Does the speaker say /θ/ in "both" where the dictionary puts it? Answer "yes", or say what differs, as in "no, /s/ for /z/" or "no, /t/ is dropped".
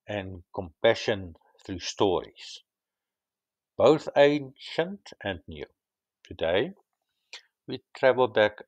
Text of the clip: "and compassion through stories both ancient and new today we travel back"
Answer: yes